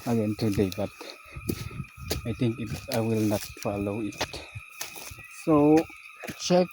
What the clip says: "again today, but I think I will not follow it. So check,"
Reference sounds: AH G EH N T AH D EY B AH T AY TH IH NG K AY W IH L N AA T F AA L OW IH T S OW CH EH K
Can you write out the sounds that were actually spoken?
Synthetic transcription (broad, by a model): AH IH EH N T AH D EY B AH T AY T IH NG K AY W IH L N AA T F AA L OW IH T S OW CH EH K